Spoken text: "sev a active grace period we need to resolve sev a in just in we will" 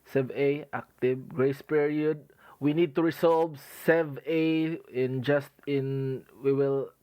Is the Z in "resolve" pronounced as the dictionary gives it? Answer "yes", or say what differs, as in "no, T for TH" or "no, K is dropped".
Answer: no, S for Z